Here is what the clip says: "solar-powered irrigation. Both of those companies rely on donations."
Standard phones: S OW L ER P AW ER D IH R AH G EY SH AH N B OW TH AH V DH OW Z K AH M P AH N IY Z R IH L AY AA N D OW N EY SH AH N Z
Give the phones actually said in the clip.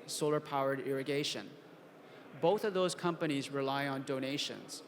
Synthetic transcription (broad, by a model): S OW L ER P AW ER D IH R AH G EY SH AH N B OW TH AH V DH OW Z K AH M P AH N IY Z R IH L AY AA N D OW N EY SH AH N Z